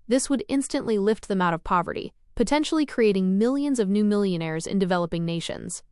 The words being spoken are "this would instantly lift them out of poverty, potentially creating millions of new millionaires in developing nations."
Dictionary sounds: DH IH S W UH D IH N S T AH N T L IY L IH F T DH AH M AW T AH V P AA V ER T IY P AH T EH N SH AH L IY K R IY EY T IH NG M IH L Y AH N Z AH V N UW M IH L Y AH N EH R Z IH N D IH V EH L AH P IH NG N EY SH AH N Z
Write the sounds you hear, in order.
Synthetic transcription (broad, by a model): DH IH S W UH D IH N S T AH N T L IY L IH F T DH AH M AW T AH V P AA V ER T IY P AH T EH N SH L IY K R IY EY T IH NG M IH L Y AH N Z AH V N UW M IH L Y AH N EH R Z IH N D IH V EH L AH P IH NG N EY SH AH N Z